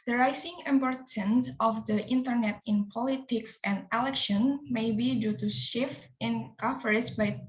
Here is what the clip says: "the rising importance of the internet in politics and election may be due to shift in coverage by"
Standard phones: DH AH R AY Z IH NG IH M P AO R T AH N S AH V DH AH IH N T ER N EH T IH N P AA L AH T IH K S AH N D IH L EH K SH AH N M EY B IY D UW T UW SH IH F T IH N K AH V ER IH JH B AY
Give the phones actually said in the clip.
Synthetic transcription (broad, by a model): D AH R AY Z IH NG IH M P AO R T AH N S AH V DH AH IH N T ER N EH T IH N P AA L AH T IH K S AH N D IH L EH K SH AH N M EY B IY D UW T UW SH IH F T IH N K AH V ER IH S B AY